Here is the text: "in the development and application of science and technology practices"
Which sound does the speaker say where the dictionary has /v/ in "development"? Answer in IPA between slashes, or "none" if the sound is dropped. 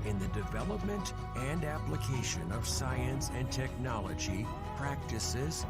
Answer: /v/